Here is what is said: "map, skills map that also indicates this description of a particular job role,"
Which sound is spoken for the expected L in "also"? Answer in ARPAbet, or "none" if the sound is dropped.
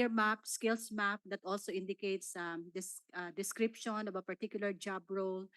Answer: L